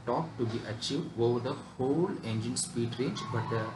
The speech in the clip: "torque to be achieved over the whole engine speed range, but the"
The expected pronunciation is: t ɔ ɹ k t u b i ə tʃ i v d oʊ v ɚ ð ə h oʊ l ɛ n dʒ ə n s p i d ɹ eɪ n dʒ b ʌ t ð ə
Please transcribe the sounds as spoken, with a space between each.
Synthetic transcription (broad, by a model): t ɔ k t u b i ə tʃ i v d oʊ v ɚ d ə h oʊ l ɛ n dʒ ə n s p i d ɹ eɪ n dʒ b ʌ t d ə